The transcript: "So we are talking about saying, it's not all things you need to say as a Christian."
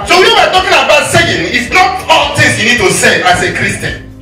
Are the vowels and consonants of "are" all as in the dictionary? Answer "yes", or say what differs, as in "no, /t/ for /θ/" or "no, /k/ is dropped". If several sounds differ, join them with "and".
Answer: no, /w/ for /ɹ/